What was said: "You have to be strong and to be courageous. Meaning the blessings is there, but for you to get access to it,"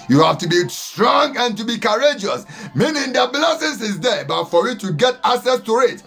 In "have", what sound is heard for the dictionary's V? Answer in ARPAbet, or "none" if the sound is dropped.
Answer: F